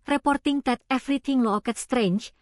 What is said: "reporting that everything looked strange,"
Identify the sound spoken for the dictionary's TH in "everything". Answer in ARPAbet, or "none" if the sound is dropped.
T